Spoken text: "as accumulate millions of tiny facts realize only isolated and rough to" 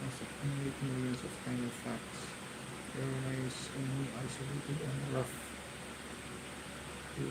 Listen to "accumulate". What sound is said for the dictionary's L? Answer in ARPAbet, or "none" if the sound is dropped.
N